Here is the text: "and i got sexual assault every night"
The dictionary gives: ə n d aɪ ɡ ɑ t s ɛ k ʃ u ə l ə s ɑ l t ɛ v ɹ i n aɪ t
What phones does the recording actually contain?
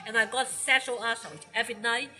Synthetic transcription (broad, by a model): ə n aɪ ɡ ɑ t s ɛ ʃ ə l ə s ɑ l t ɛ v ɹ i n aɪ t